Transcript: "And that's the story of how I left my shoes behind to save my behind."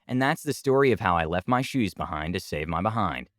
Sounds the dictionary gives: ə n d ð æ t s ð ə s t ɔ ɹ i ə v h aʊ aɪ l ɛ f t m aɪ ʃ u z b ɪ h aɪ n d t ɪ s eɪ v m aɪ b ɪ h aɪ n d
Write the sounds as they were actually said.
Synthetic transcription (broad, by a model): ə n ð æ t s ð ə s t ɔ ɹ i ə v h aʊ aɪ l ɛ f t m aɪ ʃ u z b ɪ h aɪ n t ɪ s eɪ v m aɪ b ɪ h aɪ n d